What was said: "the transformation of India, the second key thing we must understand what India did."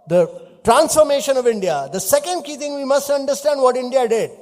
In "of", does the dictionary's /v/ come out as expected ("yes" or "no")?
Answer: yes